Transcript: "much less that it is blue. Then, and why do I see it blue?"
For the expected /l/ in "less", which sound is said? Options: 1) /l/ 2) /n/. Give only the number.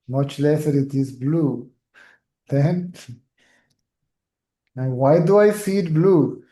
1